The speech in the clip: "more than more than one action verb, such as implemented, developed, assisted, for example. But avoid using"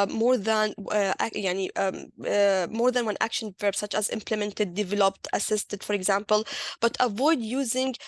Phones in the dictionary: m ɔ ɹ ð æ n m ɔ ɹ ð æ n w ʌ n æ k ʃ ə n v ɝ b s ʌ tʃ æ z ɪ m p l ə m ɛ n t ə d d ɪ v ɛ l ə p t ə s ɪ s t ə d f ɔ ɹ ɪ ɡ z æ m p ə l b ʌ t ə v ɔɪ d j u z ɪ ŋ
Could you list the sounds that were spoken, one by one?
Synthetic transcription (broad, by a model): m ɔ ɹ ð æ n m ɔ ɹ ð æ n w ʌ n æ k ʃ ə n v ɝ b s ʌ tʃ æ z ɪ m p l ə m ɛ n t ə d d ɪ v ɛ l ə p t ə s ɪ s t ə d f ɔ ɹ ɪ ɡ z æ m p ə l b ʌ t ə v ɔɪ d j u z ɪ ŋ